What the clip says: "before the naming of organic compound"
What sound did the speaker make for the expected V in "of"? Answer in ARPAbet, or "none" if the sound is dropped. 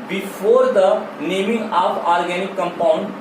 P